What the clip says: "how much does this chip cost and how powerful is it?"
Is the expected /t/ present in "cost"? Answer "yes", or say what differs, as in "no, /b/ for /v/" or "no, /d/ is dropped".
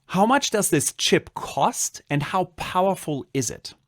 yes